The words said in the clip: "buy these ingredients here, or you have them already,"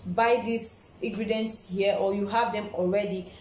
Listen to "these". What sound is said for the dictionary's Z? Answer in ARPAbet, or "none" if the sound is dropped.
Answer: S